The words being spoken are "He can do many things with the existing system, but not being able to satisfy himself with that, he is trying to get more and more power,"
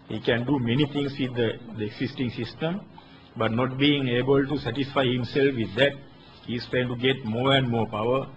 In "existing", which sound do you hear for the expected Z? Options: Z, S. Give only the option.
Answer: S